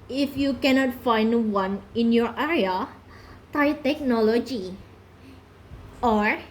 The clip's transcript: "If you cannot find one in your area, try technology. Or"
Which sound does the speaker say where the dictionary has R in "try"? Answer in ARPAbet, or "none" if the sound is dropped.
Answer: none